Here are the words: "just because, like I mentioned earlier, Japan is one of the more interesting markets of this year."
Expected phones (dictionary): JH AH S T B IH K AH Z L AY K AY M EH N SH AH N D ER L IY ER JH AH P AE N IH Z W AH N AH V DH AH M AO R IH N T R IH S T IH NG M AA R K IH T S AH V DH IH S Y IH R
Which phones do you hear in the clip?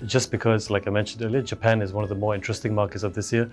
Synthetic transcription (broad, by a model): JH AH S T B IH K AH Z L AY K AY M EH N SH AH N D ER L IY ER JH AH P AE N IH Z W AH N AH V DH AH M AO R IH N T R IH S T IH NG M AA R K IH T S AH V DH IH S Y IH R